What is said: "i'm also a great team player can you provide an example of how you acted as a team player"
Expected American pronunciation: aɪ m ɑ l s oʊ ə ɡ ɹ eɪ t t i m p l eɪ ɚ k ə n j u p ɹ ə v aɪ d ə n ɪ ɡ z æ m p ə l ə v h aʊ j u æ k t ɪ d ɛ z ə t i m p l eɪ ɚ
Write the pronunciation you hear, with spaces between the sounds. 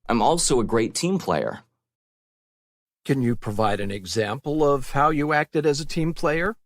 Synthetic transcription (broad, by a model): aɪ m ɑ l s oʊ ə ɡ ɹ eɪ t t i m p l eɪ ɚ k ə n j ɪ p ɹ ə v aɪ d ə n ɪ ɡ z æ m p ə l ə v h aʊ j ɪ æ k t ɪ d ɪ z ə t i m p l eɪ ɚ